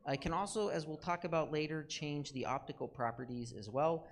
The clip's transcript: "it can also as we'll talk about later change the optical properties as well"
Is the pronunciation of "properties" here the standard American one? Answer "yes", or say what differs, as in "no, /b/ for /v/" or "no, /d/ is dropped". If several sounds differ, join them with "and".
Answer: yes